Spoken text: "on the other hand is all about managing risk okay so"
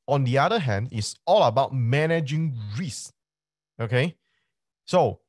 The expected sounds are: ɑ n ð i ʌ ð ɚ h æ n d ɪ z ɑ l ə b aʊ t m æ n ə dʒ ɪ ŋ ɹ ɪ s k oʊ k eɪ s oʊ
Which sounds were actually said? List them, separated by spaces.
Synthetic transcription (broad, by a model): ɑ n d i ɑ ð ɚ h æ n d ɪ s ɑ l ə b aʊ t m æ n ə dʒ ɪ ŋ ɹ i s oʊ k eɪ s oʊ